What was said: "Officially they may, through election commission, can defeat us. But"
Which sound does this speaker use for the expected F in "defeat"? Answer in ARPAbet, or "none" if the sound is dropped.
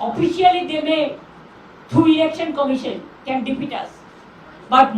P